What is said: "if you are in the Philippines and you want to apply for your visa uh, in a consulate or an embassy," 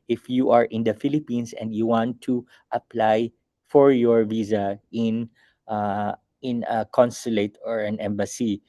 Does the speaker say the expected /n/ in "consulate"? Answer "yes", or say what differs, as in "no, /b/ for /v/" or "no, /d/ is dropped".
yes